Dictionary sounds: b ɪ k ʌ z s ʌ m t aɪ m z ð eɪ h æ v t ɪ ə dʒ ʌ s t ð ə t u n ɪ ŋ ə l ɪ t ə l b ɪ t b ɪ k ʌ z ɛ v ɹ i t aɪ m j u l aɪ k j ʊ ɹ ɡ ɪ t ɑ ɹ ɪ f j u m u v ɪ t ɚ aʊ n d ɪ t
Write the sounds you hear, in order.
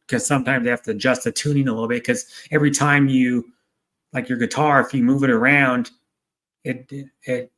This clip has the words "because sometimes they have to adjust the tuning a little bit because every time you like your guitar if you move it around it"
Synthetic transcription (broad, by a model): k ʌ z s ʌ m t aɪ m z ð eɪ h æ f t ɪ dʒ ʌ s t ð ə t u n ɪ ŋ ə l ɪ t l b ɪ t k ʌ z ɛ v ɹ i t aɪ m j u l aɪ k j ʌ ɹ ɡ ɪ t ɑ ɹ ɪ f j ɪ m u v ɪ t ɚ aʊ n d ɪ t